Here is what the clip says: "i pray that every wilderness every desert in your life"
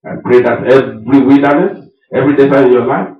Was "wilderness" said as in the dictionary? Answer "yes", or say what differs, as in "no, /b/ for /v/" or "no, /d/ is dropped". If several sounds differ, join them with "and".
no, /l/ is dropped